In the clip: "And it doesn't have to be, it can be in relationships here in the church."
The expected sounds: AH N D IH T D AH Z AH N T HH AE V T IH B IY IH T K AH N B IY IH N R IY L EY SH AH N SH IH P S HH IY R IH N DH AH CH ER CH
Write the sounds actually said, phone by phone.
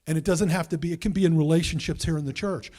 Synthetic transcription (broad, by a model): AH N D IH T D AH Z AH N T HH AE F T IH B IY IH T K AH N B IY IH N R IY L EY SH AH N SH IH P S HH IY R IH N DH AH CH ER CH